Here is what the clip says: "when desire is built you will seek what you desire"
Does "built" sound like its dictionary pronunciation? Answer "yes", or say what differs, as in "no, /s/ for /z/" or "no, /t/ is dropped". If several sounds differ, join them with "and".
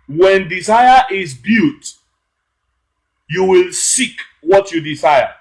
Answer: no, /l/ is dropped